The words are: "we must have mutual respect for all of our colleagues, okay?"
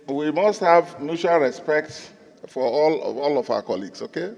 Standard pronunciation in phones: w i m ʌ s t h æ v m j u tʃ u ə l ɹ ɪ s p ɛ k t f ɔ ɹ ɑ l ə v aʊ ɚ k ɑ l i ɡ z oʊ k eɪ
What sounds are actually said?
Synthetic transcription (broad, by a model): w i m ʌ s t h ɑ v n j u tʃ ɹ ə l ɹ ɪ s p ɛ k t f ɔ l ɑ l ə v aʊ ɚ k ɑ l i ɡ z oʊ k eɪ